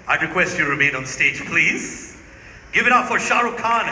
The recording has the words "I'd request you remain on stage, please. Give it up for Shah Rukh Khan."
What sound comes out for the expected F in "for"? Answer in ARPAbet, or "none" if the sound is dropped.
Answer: F